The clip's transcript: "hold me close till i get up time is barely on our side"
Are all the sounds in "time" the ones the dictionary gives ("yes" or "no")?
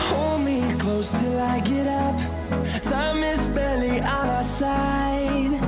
no